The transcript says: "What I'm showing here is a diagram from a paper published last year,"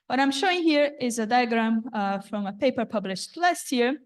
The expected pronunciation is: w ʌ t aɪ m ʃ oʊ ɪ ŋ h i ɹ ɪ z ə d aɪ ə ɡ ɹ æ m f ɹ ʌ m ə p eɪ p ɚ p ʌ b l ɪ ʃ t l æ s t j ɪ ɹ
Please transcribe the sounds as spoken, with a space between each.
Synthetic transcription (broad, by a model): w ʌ t aɪ m ʃ oʊ ɪ ŋ h i ɹ ɪ z ə d aɪ ə ɡ ɹ æ m f ɹ ʌ m ə p eɪ p ɚ p ʌ b l ɪ ʃ t l æ s t j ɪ ɹ